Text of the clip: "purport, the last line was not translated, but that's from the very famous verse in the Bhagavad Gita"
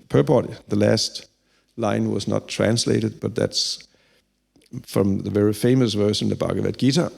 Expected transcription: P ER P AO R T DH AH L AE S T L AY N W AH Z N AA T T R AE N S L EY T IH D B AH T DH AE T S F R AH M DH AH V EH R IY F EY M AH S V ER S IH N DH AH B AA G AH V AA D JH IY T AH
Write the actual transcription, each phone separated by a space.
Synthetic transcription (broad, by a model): P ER P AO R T DH AH L AE S T L AY N W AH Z N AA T T R AE N S L EY T IH D B AH T DH AE T S F R AH M DH AH V EH R IY F EY M AH S V ER SH IH N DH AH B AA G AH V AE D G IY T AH